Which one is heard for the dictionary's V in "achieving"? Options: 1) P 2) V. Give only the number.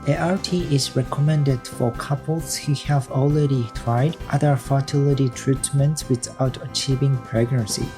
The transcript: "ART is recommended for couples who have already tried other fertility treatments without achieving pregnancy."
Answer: 2